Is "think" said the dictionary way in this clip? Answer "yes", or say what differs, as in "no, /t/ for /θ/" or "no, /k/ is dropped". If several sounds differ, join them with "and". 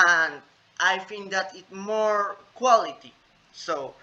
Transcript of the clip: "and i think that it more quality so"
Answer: no, /f/ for /θ/